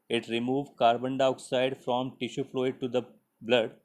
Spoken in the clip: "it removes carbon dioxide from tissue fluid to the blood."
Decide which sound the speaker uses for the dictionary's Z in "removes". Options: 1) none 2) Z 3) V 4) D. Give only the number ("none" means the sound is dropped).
1